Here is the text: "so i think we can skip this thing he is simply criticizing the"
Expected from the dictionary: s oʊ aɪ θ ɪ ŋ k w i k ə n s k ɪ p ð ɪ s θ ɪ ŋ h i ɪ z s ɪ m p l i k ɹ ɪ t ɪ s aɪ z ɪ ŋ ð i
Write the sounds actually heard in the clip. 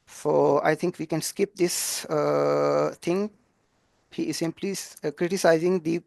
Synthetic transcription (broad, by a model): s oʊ aɪ t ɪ ŋ k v i k ə n s k ɪ p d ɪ s t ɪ ŋ h i ɪ z s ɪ m p l i k ɹ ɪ t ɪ s aɪ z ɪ ŋ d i